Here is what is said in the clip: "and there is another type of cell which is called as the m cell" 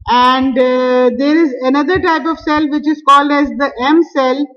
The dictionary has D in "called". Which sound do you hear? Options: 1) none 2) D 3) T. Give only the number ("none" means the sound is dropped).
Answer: 2